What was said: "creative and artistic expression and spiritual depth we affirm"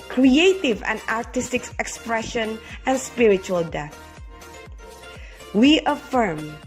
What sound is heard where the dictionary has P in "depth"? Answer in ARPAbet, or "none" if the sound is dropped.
none